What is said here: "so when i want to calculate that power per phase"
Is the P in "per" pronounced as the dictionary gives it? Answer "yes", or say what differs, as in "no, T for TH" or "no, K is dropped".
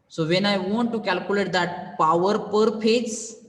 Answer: yes